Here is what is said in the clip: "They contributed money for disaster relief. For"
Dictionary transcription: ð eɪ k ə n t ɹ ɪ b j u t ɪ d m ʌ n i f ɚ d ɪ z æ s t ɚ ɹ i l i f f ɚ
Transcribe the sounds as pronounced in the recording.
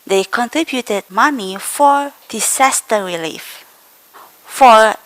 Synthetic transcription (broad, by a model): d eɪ k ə n t ɹ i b j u t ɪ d m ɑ n i f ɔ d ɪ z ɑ s t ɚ ɹ i l i f f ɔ